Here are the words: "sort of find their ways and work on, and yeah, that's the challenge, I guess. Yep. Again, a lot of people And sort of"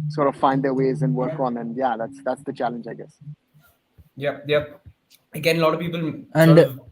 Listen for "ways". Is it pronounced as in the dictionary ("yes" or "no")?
yes